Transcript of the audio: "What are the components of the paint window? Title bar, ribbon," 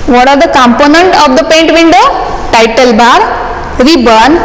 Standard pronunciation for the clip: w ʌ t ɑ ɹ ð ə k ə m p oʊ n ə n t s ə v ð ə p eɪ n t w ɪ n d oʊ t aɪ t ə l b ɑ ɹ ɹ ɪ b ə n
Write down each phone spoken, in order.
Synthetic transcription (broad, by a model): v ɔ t ɑ ɹ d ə k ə m p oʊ n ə n t ə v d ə p eɪ n t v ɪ n d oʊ t aɪ t ə l b ɑ ɹ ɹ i b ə n